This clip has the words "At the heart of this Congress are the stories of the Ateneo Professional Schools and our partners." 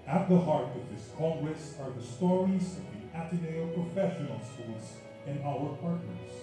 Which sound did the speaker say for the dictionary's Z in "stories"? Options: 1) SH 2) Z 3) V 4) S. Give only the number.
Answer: 2